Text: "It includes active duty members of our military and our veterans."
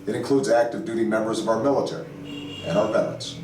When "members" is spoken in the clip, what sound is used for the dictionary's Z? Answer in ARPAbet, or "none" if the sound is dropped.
Z